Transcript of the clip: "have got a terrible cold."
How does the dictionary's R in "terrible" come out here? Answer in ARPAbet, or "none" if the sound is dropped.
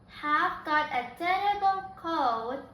none